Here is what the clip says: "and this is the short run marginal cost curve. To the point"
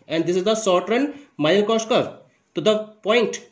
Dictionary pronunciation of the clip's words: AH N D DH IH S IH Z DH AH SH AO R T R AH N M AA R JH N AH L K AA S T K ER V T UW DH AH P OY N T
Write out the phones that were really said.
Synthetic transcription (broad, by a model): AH N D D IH S IH Z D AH S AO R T R AH N M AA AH L K AA S T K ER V T UW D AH P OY N T